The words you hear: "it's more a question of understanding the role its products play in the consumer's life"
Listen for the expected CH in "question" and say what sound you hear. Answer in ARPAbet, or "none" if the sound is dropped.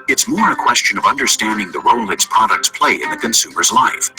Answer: CH